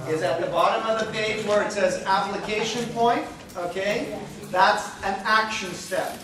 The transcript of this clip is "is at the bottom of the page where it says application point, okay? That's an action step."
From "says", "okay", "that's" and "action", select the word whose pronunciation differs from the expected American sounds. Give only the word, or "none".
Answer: none